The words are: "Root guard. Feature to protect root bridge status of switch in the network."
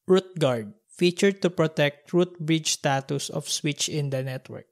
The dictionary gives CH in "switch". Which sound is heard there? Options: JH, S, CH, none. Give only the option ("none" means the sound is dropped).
CH